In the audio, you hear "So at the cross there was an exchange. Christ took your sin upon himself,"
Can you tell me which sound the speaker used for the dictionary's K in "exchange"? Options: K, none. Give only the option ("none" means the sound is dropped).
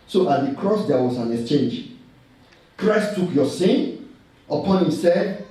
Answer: K